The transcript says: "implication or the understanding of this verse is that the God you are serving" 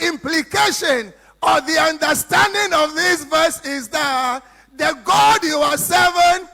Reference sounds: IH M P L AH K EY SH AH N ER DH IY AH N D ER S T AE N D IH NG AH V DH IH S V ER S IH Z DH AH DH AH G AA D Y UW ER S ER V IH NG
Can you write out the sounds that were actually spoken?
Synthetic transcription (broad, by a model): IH M P L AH K EY SH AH N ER DH IY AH N D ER S T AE N D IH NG AH V DH IH S V ER S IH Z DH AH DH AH G AA D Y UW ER S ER V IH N